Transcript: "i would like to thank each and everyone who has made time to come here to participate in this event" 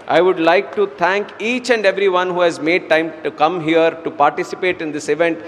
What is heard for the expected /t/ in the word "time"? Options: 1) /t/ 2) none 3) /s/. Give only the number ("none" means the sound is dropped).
1